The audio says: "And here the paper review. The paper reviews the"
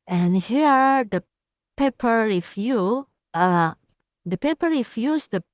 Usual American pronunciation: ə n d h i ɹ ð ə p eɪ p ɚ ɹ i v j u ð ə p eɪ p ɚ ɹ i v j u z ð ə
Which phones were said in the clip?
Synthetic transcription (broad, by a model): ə n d h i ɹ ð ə p eɪ p ɚ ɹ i f j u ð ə p eɪ p ɚ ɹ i f j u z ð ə